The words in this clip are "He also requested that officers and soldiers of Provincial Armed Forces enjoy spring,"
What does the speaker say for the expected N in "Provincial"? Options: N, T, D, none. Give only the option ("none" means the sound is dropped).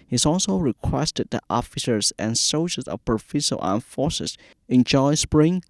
none